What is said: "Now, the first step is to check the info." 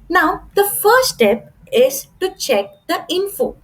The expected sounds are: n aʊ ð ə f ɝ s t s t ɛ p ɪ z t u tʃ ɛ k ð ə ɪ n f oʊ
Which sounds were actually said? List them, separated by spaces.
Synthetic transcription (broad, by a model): n aʊ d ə f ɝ t s t ɛ p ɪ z t u tʃ ɛ k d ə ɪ n f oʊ